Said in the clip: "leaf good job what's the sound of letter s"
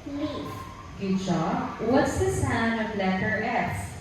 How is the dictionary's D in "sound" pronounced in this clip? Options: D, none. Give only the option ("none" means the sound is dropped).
none